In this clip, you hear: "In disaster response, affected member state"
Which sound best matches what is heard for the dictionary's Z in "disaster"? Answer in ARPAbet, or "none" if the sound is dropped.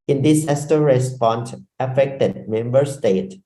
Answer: S